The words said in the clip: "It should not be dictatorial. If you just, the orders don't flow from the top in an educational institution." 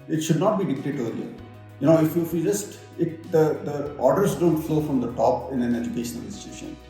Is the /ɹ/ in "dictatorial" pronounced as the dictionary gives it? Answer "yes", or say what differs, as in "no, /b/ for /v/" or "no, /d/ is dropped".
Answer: no, /l/ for /ɹ/